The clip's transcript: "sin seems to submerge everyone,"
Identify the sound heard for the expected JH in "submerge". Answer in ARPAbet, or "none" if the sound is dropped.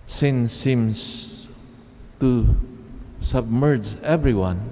JH